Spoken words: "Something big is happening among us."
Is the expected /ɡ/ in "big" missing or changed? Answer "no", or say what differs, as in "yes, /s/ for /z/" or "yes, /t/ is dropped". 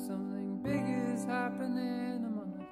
no